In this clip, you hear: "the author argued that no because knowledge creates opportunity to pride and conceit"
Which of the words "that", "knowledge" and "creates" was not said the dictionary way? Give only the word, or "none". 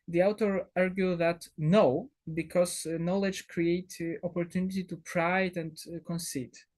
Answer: creates